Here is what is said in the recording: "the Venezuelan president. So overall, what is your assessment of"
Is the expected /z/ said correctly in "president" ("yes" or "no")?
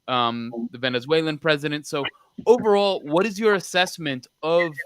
yes